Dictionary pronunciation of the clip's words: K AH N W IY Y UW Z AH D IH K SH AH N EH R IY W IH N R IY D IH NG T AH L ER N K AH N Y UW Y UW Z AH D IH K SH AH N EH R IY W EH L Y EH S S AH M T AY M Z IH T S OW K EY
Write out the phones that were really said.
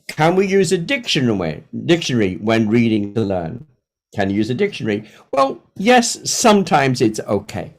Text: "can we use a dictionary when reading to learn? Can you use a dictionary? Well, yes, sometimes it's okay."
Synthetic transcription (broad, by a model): K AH N W IY Y UW Z AH D IH K SH AH N EH R IY W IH N R IY D IH NG T AH L ER N K AH N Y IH Y UW Z AH D IH K SH AH N EH R IY W EH L Y EH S S AH M T AY M Z IH T S OW K EY